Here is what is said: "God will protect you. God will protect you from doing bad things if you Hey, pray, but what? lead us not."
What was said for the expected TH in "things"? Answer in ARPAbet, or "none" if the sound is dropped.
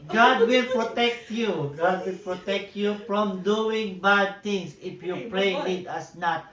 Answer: T